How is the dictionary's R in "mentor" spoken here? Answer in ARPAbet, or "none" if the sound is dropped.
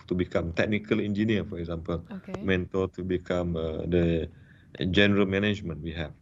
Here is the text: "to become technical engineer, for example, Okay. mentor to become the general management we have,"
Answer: L